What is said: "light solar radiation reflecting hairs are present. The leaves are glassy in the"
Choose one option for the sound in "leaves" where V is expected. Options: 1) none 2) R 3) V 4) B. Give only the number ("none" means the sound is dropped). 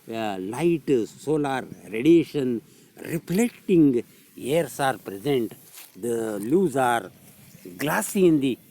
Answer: 1